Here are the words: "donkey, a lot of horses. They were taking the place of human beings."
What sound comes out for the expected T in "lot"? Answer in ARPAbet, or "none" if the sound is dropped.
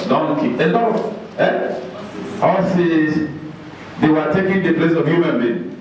none